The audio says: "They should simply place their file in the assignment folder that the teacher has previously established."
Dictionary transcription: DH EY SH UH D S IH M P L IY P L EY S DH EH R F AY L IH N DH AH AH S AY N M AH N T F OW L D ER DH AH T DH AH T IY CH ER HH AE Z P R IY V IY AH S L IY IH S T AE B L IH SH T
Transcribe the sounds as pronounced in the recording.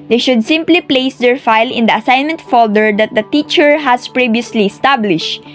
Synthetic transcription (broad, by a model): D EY SH UH D S IH M P L IY P L EY S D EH R F AY L IH N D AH AH S AY N M AH N T F OW L D ER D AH T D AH T IY CH ER HH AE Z P R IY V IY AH S L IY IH S T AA B L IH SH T